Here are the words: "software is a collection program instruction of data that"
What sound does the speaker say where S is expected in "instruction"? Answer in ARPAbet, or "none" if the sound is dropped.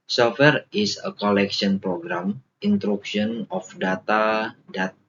none